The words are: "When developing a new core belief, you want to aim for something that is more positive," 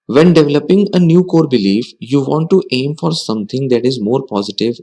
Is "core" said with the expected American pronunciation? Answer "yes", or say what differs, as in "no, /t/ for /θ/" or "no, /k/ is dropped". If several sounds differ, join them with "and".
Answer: yes